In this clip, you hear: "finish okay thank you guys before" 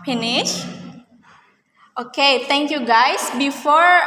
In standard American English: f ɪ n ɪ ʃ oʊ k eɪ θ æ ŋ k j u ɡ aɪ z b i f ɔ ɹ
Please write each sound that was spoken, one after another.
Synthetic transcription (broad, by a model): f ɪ n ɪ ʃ oʊ k eɪ t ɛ ŋ k j u ɡ aɪ s b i f ɔ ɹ